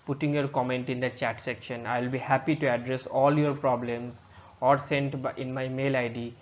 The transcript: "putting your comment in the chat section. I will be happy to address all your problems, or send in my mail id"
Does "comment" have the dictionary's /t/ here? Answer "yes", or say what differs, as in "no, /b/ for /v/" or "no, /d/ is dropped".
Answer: yes